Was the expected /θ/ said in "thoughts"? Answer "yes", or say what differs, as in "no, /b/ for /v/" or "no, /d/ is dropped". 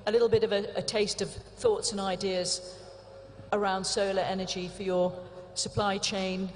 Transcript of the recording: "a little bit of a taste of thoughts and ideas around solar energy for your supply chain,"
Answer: yes